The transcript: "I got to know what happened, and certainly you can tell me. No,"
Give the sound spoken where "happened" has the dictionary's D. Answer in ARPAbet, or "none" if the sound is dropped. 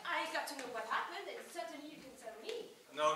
D